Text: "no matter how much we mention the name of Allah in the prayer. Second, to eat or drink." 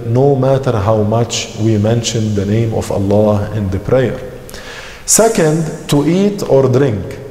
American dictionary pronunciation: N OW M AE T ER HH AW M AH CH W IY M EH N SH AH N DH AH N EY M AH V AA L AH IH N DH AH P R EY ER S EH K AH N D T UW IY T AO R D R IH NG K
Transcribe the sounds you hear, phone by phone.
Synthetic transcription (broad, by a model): N OW M AE T ER HH AW M AH CH W IY M EH N SH AH N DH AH N EY M AH V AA L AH IH N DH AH P R EY ER S EH K AH N D T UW IY T AO R D R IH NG K